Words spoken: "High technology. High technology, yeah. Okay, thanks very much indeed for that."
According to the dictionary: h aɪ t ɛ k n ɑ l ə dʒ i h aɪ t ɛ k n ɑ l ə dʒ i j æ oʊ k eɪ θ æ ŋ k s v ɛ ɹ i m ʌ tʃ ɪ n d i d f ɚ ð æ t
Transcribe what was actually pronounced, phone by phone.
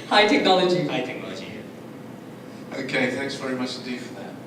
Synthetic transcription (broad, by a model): h aɪ t ɛ k n ɑ l ə dʒ i h aɪ t ɛ k n ɑ l ə dʒ i oʊ k eɪ θ æ ŋ k s v ɛ ɹ i m ʌ tʃ ɪ n d i d f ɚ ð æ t